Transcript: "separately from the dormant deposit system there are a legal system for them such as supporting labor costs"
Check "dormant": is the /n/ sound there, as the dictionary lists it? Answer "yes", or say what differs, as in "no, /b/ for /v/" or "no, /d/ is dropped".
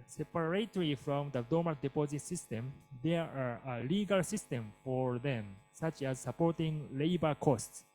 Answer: no, /n/ is dropped